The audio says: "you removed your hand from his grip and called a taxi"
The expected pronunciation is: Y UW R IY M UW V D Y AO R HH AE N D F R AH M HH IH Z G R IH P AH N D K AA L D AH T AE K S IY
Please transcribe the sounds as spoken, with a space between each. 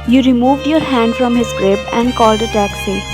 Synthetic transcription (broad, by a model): Y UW R IY M UW V D Y AO R HH AE N D F R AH M HH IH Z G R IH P AH N D K AA L D AH T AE K S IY